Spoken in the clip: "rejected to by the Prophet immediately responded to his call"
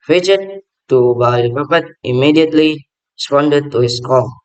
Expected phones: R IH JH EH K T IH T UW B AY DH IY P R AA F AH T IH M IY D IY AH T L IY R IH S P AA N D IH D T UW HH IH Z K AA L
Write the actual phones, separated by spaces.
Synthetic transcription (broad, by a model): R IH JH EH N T T UW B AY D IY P AA P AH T IH M IY D IY AH T L IY R IH S P AA N D IH D T UW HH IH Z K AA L